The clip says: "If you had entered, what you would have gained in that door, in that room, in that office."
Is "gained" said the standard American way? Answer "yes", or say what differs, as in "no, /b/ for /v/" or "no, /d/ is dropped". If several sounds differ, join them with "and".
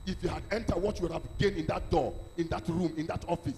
no, /d/ is dropped